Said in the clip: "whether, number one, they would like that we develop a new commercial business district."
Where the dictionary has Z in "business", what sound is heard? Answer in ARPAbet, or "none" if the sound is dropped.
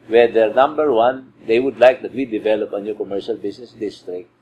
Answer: S